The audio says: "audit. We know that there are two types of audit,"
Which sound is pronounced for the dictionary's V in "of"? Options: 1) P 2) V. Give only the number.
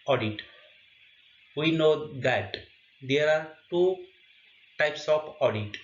1